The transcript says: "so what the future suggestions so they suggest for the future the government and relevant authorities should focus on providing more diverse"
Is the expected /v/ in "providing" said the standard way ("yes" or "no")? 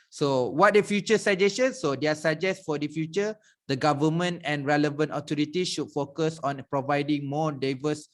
yes